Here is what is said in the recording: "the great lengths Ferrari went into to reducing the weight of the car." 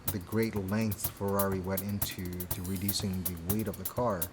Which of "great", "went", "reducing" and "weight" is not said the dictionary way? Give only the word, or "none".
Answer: went